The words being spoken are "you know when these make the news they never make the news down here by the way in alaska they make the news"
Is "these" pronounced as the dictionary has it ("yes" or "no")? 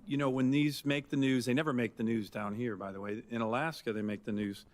yes